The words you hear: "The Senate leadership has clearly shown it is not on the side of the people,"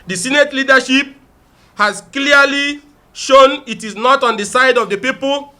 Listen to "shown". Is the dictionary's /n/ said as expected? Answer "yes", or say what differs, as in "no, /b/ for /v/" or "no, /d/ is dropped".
yes